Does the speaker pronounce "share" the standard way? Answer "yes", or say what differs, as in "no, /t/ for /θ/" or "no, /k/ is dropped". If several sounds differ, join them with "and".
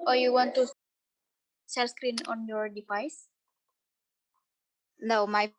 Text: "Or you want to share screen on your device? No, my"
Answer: no, /l/ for /ɹ/